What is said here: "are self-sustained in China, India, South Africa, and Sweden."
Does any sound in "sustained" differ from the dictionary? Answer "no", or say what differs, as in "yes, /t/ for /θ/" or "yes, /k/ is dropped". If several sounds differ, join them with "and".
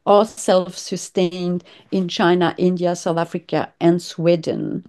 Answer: no